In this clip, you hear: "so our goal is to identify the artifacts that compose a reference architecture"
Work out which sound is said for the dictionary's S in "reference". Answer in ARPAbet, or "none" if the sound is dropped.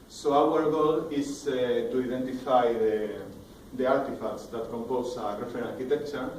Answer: none